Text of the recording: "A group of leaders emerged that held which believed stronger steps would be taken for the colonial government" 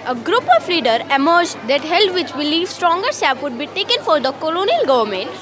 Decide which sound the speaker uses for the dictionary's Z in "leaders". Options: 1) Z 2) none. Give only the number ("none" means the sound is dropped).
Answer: 2